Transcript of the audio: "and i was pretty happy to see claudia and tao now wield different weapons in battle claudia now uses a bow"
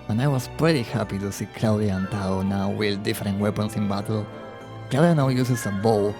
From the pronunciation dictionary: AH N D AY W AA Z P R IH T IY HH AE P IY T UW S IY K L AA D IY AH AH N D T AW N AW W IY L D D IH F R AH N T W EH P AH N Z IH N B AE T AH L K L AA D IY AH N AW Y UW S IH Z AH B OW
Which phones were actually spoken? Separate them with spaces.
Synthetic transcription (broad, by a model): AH N AY W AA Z P R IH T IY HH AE P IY T UW S IY K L AA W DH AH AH N T AW N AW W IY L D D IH F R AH N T W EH P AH N S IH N B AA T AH L K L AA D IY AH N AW Y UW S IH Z AH B OW